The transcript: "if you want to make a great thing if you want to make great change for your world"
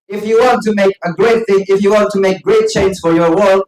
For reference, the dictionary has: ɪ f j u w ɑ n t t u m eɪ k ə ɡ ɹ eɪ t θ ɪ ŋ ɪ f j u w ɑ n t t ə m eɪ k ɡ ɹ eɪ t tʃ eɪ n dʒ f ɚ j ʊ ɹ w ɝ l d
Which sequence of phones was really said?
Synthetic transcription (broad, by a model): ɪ f j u w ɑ n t t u m eɪ k ə ɡ ɹ eɪ t θ ɪ ŋ ɪ f j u w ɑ n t t ə m eɪ k ɡ ɹ eɪ t tʃ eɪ n z f ɚ j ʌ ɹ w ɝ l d